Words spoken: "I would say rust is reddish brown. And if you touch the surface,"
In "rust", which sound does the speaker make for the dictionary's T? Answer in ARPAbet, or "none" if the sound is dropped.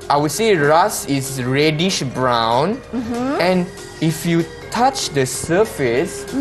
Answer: none